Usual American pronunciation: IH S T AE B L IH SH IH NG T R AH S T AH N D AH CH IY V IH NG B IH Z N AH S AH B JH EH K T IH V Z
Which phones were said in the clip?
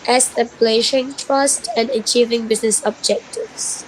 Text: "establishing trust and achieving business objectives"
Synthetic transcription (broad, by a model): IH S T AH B L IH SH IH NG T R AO S T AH N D AH CH IY V IH NG B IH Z N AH S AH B JH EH K T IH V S